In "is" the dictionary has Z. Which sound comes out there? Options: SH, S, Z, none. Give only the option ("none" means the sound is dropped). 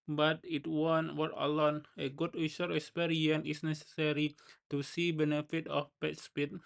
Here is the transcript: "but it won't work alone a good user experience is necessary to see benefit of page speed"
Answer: S